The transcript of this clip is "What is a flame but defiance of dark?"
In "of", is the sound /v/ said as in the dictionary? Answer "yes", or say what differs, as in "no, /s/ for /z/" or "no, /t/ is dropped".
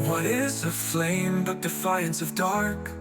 yes